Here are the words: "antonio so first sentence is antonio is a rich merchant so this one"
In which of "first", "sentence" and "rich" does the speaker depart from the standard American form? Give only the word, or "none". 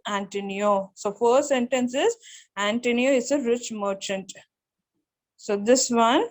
first